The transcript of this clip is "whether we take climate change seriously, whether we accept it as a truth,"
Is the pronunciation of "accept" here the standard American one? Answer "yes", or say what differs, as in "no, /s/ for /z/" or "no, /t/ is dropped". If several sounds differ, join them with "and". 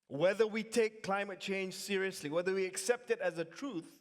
yes